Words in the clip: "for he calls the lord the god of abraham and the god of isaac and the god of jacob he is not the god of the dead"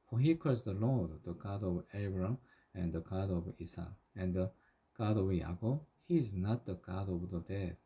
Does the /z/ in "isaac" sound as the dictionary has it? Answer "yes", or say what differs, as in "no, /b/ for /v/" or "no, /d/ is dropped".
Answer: no, /s/ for /z/